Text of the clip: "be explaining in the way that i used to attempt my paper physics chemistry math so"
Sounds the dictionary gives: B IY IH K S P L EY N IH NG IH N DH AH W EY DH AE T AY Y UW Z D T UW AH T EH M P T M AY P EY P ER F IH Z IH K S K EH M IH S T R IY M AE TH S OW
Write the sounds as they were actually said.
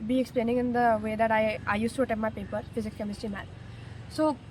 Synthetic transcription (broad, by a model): B IY IH K S P L EY N IH NG IH N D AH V EY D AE T AY Y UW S T UW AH T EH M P M AY P EY P ER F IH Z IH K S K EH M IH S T IY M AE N S OW